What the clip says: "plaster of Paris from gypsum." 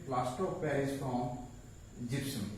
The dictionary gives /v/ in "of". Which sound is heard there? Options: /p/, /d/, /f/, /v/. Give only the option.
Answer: /p/